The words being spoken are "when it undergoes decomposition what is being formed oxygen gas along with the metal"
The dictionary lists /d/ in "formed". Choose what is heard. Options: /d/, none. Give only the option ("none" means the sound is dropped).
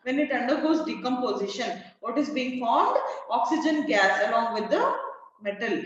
/d/